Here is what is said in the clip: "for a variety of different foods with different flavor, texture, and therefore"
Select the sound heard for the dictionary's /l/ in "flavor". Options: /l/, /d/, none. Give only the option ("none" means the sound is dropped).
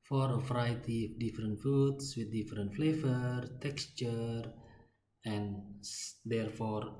/l/